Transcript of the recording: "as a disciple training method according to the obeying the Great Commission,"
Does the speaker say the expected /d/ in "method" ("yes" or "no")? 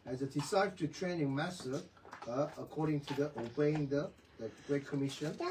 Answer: no